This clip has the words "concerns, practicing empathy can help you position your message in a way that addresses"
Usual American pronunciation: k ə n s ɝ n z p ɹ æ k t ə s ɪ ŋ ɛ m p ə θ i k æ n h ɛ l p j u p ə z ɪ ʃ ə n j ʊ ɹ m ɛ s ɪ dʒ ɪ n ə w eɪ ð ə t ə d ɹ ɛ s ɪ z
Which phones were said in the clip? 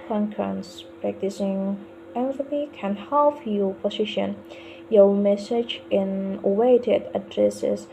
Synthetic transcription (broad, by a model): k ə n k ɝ n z p ɹ æ k t ə s ɪ ŋ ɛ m f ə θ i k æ n h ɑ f j u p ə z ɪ ʃ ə n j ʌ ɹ m ɛ s ɪ dʒ ɪ n ə w eɪ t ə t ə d ɹ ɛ s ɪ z